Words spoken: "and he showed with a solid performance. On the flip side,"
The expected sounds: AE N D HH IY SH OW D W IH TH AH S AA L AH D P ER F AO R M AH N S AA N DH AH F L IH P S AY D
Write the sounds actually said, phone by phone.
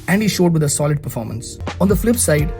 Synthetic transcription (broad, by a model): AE N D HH IY SH OW D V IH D AH S AA L AH D P ER F AO R M AH N S AA N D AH F L IH P S AY D